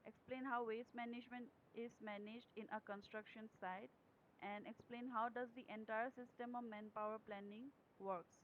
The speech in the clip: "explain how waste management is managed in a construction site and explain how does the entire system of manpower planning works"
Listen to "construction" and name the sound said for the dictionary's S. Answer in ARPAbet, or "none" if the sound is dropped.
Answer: S